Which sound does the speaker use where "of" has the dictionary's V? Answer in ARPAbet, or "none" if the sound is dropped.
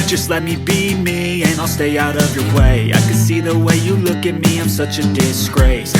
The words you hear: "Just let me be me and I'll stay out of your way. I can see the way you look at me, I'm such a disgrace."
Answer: V